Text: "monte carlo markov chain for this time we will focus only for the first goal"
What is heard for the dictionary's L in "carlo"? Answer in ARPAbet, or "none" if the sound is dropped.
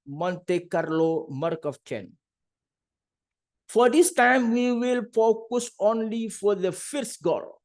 L